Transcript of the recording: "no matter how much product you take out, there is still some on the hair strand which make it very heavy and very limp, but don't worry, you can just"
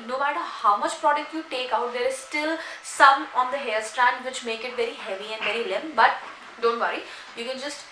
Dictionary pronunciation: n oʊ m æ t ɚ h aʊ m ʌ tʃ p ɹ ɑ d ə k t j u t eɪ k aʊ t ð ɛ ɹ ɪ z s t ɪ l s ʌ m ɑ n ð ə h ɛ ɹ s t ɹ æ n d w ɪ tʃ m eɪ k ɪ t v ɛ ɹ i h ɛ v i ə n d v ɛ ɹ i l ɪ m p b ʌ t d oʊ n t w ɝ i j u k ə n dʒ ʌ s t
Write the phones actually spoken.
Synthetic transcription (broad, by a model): n oʊ m æ t ɚ h aʊ m ʌ tʃ p ɹ ɑ d ə k t j u t eɪ k aʊ t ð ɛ ɹ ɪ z s t ɪ l s ʌ m ɑ n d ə h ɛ l s t ɹ æ n d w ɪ tʃ m eɪ k ɪ t v ɛ ɹ i h ɛ v i ə n d v ɛ ɹ i l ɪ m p b ʌ t d oʊ n t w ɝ i j u k ə n dʒ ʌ s t